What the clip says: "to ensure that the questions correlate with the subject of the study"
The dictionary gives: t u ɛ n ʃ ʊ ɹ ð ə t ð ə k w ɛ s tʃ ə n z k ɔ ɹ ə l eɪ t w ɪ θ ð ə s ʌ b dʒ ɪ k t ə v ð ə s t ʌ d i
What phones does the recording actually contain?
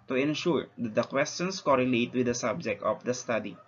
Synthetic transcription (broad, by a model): t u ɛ n ʃ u ɹ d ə t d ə k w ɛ s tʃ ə n s k ɔ ɹ ə l eɪ t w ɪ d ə s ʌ b dʒ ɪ k t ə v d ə s t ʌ d i